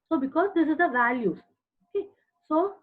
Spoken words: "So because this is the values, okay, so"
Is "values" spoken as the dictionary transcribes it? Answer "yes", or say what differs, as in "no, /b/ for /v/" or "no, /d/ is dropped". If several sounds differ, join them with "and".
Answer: no, /z/ is dropped